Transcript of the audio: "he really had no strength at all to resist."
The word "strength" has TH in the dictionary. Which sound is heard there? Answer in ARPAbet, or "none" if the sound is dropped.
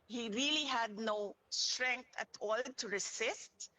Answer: T